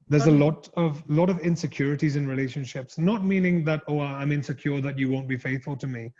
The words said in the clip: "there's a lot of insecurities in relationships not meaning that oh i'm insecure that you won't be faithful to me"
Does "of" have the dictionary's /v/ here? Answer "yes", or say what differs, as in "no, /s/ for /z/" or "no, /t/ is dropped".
yes